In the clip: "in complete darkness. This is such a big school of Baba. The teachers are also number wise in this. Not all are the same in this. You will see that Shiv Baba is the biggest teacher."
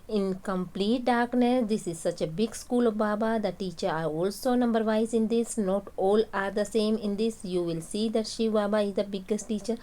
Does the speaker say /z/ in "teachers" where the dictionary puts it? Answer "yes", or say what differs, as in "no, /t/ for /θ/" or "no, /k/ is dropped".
no, /z/ is dropped